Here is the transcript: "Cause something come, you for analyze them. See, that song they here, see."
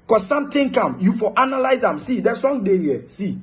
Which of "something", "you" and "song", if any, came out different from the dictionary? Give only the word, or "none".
something